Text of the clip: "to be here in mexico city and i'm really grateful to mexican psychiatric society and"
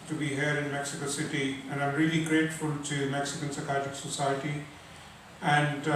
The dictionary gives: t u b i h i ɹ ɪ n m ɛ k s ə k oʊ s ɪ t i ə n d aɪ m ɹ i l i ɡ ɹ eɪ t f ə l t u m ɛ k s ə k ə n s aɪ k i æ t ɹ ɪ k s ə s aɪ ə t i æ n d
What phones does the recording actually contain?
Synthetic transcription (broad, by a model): t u b i h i ɹ ɪ n m ɛ k s ə k oʊ s ɪ t i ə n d aɪ m ɹ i l i ɡ ɹ eɪ t f ə l t u m ɛ k s ə k ə n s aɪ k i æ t ɪ k s ə s aɪ ə t i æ n d